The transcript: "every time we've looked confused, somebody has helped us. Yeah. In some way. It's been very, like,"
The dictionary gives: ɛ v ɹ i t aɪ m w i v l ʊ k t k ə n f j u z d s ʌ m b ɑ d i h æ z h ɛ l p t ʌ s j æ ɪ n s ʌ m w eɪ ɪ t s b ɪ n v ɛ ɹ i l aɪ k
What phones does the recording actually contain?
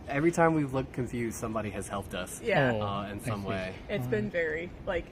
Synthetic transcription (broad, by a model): ɛ v ɹ i t aɪ m w i v l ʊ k k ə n f j u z s ʌ m b ɑ d i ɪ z h ɛ l p t ʌ s j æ ɪ n s ʌ m w eɪ ɪ t s b ɪ n v ɛ ɹ i l aɪ k